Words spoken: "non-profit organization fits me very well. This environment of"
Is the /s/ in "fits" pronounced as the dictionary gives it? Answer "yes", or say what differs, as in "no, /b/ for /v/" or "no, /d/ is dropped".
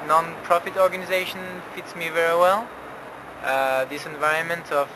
yes